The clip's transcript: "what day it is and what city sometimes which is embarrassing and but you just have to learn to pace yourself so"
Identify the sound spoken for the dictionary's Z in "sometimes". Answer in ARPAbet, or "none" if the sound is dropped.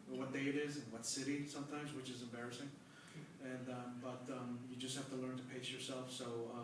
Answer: Z